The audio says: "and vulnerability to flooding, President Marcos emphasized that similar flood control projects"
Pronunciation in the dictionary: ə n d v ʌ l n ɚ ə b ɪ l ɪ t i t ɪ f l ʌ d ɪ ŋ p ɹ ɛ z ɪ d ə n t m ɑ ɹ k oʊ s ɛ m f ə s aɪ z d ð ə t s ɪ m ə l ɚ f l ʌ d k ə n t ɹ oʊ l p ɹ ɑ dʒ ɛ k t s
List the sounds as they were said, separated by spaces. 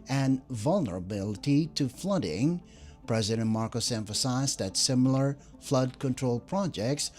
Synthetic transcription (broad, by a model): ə n v ʌ l n ɚ ə b ɪ l ɪ t i t ɪ f l ʌ d ɪ ŋ p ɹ ɛ z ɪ d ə n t m ɑ ɹ k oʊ s ɛ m f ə s aɪ z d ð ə t s ɪ m l ɚ f l ʌ d k ə n t ɹ oʊ l p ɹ ɑ dʒ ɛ k t s